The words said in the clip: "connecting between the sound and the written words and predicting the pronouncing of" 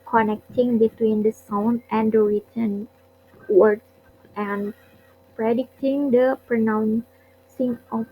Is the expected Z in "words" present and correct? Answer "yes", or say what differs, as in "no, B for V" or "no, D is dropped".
no, Z is dropped